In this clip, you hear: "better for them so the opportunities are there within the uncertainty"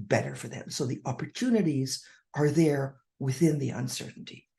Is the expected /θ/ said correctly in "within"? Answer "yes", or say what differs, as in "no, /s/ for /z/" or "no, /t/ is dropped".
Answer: yes